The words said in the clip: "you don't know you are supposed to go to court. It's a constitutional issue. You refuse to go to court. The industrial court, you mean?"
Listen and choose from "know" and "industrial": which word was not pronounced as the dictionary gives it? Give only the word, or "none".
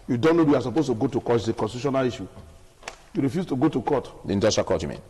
industrial